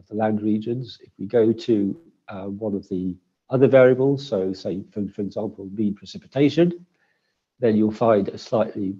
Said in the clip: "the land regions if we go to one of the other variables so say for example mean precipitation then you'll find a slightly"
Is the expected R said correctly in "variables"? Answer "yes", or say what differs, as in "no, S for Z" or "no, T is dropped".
yes